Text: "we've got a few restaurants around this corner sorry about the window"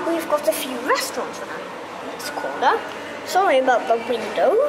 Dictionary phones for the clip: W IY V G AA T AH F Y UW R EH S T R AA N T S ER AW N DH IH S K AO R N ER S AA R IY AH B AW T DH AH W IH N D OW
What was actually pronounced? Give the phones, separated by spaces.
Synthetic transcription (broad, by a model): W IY V G AA T AH F Y UW R EH S T R AA N T S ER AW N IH S K AO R ER S AA R IY AH B AW T DH AH W IH N D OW